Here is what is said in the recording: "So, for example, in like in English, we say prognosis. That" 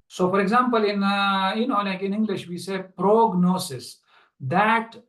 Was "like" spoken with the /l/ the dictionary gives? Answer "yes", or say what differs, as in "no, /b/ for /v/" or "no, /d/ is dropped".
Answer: no, /n/ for /l/